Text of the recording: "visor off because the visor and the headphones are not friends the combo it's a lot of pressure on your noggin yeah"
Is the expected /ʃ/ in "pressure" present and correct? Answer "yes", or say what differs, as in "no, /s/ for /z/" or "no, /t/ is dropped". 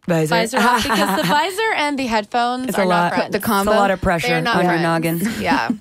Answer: yes